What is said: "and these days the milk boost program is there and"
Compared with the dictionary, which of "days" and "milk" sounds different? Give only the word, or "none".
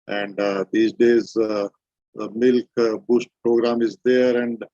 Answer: none